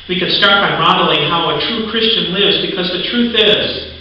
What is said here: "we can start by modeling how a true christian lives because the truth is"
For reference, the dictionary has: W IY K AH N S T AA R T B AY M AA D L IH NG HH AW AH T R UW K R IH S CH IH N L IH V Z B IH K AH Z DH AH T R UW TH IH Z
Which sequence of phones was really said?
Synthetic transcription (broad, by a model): W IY K AH N S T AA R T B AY M AA D L IH NG HH AW AH T R UW K R IH S CH IH N L IH V Z B IH K AH Z DH AH T R UW TH IH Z